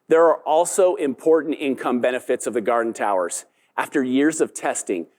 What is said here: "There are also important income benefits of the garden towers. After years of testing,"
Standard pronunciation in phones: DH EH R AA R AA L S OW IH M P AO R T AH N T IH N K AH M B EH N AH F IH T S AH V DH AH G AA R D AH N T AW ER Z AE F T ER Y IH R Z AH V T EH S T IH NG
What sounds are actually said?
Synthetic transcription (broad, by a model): DH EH R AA R AA L S OW IH M P AO R T N T IH N K AH M B EH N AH F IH T S AH V DH AH G AA R D N T AW ER Z AE F T ER Y IH R Z AH V T EH S T IH NG